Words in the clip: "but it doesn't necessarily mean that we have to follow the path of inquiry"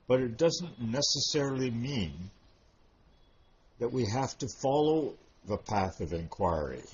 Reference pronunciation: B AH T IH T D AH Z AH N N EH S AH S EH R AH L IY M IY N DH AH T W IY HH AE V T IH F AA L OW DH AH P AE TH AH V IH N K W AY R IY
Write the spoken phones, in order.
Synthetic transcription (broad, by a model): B AH T IH T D AH Z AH N N EH S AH S EH R L IY M IY N DH AH T W IY HH AE F T IH F AA L OW DH AH P AE TH AH V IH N K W AY R IY